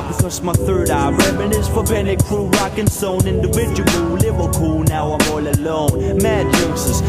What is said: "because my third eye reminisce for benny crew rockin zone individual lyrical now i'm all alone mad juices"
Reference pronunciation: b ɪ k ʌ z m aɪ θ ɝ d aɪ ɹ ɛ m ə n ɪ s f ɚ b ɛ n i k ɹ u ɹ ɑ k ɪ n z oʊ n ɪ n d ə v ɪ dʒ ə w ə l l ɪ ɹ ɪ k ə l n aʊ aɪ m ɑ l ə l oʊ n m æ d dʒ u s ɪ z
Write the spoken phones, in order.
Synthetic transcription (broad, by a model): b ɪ k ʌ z m aɪ θ ɝ d aɪ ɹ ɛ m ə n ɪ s f ɚ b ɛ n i k ɹ u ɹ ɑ k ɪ n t oʊ n ɪ n d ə v ɪ dʒ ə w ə l l ɪ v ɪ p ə l n aʊ aɪ m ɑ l ə l oʊ n m æ d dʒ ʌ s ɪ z